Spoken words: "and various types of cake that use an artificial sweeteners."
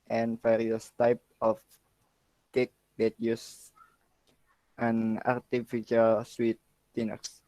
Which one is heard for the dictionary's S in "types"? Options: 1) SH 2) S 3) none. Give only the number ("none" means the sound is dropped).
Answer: 3